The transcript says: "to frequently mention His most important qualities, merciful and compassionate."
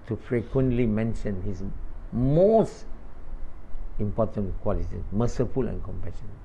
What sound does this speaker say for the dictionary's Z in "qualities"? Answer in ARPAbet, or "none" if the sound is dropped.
none